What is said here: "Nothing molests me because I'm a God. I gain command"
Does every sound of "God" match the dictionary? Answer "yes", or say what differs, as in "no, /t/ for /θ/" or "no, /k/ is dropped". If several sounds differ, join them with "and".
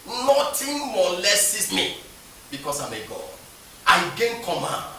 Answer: no, /d/ is dropped